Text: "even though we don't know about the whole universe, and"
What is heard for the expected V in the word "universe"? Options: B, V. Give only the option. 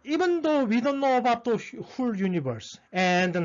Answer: B